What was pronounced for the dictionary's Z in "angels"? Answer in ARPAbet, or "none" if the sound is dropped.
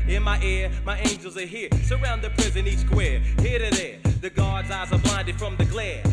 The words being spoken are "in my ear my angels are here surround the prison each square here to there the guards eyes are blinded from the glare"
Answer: Z